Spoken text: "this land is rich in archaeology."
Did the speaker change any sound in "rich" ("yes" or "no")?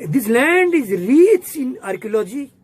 yes